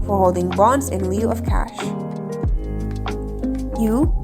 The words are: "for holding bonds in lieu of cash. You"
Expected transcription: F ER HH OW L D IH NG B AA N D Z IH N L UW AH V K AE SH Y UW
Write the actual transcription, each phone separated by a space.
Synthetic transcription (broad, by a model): F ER HH OW L D IH NG B AA N D Z IH N L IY AH V K AE SH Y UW